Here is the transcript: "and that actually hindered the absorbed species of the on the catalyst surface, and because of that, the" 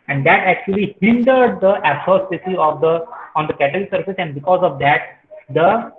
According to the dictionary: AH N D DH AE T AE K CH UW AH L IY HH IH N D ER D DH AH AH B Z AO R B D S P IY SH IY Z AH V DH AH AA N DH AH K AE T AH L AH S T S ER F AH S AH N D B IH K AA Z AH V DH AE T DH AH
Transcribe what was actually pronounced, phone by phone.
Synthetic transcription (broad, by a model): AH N D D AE T AE K CH UW AH L IY HH IH N D ER D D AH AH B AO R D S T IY S IY AH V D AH AA N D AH K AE T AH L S S ER F AH S AH N D B IH K AA Z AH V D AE T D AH